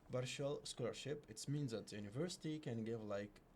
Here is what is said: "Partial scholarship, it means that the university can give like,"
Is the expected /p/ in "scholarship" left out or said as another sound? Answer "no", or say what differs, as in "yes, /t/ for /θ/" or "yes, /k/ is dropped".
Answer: no